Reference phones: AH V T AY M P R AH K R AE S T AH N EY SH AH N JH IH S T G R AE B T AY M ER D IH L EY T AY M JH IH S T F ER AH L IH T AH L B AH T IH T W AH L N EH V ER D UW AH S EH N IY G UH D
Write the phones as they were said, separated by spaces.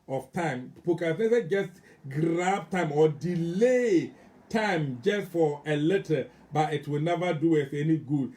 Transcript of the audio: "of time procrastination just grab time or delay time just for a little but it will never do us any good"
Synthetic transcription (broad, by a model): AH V T AY M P AH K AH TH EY S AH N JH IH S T G R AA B T AY M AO D IH L EY T AY M JH IH S T F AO AH L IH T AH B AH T IH T W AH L N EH V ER D UW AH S EH N IY G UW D